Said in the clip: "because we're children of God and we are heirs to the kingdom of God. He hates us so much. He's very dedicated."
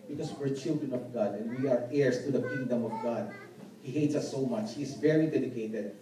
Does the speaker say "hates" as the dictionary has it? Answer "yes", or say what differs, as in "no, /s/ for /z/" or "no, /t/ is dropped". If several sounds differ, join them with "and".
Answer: yes